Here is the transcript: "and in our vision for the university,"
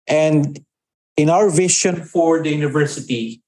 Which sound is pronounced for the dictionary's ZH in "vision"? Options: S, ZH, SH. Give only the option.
SH